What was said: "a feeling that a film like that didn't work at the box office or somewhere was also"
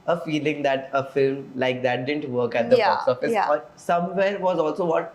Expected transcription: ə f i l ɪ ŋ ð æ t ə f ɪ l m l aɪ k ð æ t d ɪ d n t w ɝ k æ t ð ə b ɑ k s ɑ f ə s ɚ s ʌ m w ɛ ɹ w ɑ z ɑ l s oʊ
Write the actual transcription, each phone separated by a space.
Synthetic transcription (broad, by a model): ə f i l ɪ ŋ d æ t ə f ɪ l m l aɪ k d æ t d ɪ d n t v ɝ k æ t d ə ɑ s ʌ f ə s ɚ s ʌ m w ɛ ɹ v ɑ z ɑ l s oʊ